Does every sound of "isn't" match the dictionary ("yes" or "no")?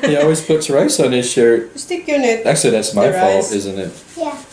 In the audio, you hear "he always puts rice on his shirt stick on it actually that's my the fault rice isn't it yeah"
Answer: yes